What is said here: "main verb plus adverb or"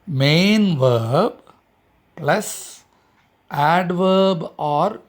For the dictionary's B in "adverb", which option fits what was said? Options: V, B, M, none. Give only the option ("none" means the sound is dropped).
B